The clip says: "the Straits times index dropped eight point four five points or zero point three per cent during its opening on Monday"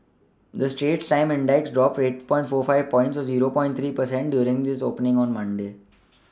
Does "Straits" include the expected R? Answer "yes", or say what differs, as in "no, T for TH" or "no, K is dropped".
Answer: no, R is dropped